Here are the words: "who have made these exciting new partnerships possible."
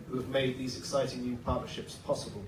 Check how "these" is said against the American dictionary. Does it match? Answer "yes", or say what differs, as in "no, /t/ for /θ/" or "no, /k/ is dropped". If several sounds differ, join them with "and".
yes